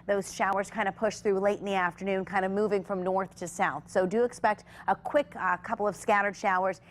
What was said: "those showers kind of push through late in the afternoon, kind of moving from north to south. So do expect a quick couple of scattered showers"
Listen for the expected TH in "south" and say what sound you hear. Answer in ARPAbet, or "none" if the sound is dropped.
TH